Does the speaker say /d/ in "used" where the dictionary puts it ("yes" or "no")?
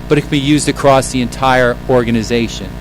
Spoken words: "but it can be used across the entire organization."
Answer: yes